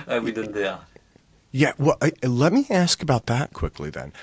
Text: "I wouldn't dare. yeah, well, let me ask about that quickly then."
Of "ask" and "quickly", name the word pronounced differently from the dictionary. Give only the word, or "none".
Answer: none